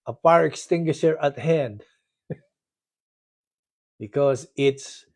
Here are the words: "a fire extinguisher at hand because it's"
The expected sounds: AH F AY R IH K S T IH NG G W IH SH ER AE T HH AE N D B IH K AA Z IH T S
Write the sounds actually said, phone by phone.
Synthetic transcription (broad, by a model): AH P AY R IH K S T IH NG G W IH SH ER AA T HH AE N D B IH K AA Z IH T S